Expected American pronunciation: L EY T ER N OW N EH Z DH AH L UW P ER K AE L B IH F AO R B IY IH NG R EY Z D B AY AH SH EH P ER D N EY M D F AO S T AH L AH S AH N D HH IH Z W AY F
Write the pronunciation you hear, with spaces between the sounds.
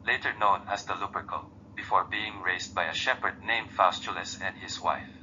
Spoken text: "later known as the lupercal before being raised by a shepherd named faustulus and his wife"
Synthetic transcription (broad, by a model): L EY T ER N OW N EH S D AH L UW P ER K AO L B IH F AO R B IY IH NG R EY S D B AY AH SH EH P ER D N EY M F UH S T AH L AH S AH N D HH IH S W AY F